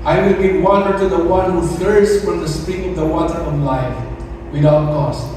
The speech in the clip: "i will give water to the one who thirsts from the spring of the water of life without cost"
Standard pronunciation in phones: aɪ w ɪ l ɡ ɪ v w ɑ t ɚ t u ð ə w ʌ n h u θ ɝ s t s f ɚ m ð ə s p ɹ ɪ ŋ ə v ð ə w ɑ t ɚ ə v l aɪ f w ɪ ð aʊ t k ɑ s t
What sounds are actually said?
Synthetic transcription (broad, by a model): aɪ w ɪ l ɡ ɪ w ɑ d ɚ t u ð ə w ʌ n h u f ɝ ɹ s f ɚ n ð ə s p ɪ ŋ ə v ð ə w ɑ t ɚ ə v l aɪ f w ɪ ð aʊ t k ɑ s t